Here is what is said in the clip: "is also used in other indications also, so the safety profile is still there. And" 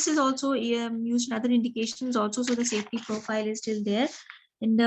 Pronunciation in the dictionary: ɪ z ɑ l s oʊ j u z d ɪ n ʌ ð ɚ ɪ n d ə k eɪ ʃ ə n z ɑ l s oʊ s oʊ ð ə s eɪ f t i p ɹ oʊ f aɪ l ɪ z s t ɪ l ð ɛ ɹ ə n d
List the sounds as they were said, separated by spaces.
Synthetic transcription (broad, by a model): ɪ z ɑ l s oʊ j u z ɪ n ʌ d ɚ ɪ n d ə k eɪ ʃ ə n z ɑ l s oʊ s oʊ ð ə s eɪ f t i p ɹ oʊ f aɪ l ɪ z s t ɪ l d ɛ ɹ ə n d